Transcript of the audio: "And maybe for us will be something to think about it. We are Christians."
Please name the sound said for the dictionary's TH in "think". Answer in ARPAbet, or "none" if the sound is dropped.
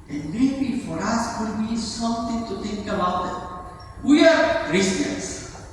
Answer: T